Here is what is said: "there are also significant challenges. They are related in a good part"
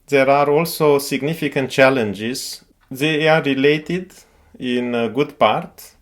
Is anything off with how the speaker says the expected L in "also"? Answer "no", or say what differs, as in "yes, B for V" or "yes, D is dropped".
no